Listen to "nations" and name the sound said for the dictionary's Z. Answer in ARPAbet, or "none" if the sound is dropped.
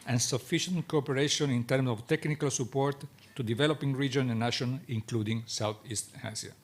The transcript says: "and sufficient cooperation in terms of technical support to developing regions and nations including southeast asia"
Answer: none